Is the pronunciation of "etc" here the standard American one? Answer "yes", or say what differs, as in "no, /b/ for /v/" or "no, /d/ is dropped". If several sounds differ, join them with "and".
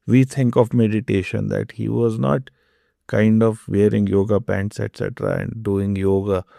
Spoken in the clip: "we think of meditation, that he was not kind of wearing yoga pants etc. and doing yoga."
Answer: yes